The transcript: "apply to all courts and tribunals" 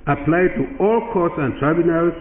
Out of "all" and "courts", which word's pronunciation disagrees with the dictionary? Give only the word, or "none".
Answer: none